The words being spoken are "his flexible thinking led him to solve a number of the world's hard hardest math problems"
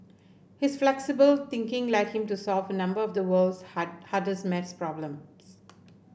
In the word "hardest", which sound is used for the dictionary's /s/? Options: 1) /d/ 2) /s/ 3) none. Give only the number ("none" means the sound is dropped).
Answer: 3